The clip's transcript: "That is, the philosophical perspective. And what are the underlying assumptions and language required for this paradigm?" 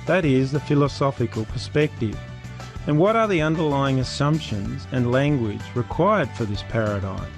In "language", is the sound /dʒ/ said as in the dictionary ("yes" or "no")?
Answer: yes